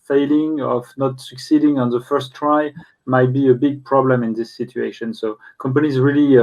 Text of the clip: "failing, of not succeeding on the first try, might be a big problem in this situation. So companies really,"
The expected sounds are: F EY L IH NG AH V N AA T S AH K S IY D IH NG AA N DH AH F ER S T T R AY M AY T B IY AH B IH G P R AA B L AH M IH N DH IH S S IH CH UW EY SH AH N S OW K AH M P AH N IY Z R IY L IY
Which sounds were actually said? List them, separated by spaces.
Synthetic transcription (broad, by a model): F EY L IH NG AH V N AA T S AH K S IY D IH NG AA N DH AH F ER S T T R AY M AY T B IY AH B IH G P R AA B L AH M IH N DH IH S S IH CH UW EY SH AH N S OW K AH M P AH N IY Z R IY L IY